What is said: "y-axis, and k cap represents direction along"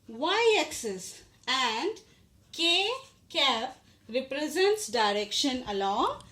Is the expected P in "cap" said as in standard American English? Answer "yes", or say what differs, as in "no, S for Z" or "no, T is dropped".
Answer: no, F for P